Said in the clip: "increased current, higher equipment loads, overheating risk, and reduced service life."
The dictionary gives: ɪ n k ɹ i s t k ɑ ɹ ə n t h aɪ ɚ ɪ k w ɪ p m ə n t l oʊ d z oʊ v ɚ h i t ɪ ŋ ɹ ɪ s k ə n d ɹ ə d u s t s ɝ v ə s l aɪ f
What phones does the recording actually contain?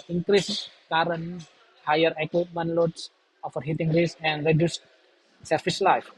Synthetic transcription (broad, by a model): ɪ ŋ k ɹ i s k ɑ ɹ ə n h aɪ ɚ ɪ k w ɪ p m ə n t l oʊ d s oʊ f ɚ h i t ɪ ŋ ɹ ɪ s ə n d ɹ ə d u s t s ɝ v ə s l aɪ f